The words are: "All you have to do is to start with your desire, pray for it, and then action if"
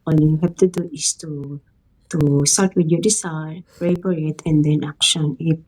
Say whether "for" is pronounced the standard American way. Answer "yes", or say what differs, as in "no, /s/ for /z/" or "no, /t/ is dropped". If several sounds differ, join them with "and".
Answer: no, /p/ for /f/